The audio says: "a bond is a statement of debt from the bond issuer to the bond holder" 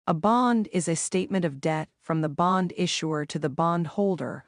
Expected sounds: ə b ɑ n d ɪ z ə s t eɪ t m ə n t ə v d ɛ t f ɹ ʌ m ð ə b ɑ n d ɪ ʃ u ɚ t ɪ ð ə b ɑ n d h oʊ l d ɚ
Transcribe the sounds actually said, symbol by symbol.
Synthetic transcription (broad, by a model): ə b ɑ n d ɪ z ə s t eɪ t m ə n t ə v d ɛ t f ɹ ʌ m ð ə b ɑ n d ɪ ʃ u ɚ t ɪ ð ə b ɑ n d h oʊ l d ɚ